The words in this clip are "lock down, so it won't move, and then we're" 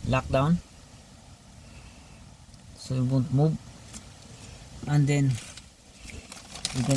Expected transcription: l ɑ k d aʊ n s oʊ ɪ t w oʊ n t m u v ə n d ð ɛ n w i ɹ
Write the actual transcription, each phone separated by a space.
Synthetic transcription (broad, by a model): l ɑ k d aʊ n s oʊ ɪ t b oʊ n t m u b ə n d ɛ n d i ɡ